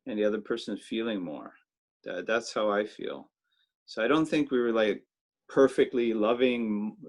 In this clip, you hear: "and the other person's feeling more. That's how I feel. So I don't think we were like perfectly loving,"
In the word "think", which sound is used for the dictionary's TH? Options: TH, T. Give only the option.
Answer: TH